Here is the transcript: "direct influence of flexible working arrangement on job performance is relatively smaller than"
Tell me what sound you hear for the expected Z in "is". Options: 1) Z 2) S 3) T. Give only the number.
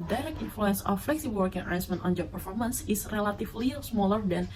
2